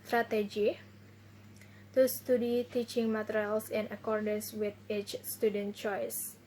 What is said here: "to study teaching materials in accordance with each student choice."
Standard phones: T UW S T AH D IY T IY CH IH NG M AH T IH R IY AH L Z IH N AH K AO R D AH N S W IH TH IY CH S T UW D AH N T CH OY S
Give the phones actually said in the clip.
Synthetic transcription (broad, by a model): T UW S T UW D IY T IY CH IH NG M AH T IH R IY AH L S IH N AH K AO R D AH N S W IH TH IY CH S T UW D AH N T CH OY S